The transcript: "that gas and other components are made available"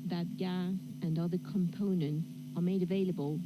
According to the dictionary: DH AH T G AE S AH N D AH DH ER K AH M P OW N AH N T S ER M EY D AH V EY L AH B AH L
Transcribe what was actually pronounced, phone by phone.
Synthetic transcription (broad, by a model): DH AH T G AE AH N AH DH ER K AH M P OW N AH N T S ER M EY D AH V EY L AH B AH L